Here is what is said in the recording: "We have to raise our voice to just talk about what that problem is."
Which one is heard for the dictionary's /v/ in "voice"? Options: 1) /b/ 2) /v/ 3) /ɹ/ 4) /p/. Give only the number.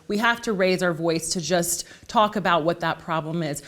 2